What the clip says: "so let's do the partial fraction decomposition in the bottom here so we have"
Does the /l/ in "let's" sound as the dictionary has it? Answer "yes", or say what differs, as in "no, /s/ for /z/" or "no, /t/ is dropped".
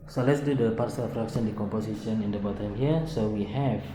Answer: yes